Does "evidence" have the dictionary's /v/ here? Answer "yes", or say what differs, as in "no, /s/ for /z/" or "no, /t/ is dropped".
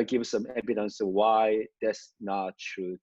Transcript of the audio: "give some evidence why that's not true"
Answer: no, /b/ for /v/